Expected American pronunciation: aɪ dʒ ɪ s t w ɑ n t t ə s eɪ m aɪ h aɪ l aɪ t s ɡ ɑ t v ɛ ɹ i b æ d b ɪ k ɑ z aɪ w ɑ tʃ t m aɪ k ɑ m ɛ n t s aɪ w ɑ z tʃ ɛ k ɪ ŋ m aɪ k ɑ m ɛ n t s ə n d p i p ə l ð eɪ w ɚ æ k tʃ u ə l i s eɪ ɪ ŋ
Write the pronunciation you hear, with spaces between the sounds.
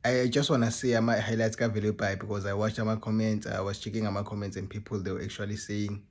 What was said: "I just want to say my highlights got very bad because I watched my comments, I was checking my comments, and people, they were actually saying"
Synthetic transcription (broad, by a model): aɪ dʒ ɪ s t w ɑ n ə s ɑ m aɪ h aɪ l aɪ t s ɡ ɑ v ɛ l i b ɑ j b ɪ k ɑ z aɪ w ɑ tʃ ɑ m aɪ k ɑ m ɛ n t s aɪ w ɑ z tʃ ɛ k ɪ ŋ m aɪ k ɑ m ɛ n t s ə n p i p ə l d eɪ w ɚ k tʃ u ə l i s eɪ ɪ ŋ